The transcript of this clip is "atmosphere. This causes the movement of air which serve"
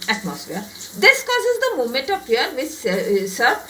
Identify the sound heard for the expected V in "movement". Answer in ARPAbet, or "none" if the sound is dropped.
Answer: none